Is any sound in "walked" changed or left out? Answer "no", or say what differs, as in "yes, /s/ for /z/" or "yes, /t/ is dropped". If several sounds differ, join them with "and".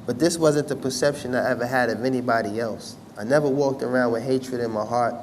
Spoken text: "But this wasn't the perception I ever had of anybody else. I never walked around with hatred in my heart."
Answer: no